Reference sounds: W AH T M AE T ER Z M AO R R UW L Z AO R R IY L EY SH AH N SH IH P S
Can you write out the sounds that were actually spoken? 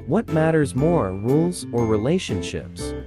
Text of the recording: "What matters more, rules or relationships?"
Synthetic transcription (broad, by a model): W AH T M AE T ER Z M AO R R UW L Z AO R R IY L EY SH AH N SH IH P S